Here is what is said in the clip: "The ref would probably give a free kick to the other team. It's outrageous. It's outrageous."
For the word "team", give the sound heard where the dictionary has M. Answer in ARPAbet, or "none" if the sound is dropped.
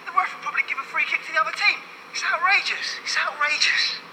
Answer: M